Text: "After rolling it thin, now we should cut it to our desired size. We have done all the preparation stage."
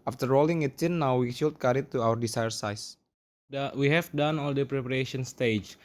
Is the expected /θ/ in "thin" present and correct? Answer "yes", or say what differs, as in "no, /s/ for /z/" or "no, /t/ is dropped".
no, /s/ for /θ/